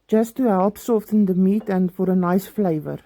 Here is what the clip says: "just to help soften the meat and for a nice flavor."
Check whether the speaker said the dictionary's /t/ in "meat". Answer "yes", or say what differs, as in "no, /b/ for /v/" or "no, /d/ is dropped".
yes